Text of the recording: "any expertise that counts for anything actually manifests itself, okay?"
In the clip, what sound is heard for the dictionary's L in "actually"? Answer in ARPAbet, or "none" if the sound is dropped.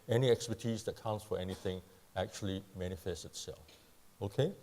L